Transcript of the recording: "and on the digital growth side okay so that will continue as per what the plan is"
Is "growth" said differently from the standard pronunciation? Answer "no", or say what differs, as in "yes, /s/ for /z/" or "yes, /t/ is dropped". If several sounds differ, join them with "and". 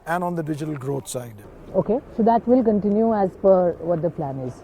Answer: yes, /t/ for /θ/